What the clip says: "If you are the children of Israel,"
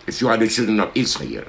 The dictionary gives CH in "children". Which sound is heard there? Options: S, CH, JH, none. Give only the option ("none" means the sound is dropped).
CH